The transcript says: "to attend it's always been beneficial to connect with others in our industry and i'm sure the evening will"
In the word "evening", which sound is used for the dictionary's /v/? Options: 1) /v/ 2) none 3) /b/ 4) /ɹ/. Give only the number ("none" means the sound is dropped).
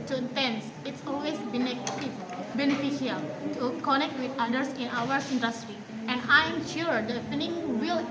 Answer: 2